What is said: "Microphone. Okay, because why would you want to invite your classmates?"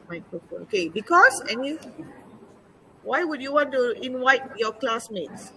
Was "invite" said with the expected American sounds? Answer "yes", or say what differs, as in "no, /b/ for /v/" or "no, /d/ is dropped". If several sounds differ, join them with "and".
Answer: no, /w/ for /v/